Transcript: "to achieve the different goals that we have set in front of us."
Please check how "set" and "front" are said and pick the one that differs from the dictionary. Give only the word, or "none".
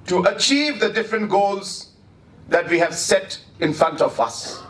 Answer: none